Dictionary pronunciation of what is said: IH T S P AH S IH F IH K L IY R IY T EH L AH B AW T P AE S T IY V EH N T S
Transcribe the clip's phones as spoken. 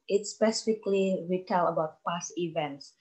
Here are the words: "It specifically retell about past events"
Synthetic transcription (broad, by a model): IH T S P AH S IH F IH K L IY R IY T EH L AH B AW T P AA S IY V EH N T S